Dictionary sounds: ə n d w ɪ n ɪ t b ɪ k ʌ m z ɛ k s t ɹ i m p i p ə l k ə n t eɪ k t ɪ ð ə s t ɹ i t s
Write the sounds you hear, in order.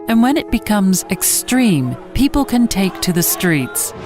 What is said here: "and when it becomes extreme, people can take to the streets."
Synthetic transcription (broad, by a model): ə n w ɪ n ɪ t b ɪ k ʌ m z ɛ k s t ɹ i m p i p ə l k ə n t eɪ k t ɪ ð ə s t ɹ i t s